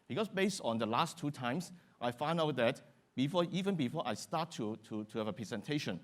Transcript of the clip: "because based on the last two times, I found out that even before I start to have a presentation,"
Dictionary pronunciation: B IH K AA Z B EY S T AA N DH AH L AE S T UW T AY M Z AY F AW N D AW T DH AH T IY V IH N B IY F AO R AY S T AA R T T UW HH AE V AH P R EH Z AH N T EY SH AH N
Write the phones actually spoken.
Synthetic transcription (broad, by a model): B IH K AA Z B EY S T AA N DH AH L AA S T UW T AY M S AY F AW N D AW T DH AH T IY V IH N B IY F AO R AY S T AA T T T UW HH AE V AH P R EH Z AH N T EY SH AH N